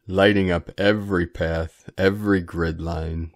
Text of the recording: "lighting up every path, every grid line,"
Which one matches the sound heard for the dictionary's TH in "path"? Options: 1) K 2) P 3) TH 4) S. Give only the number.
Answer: 3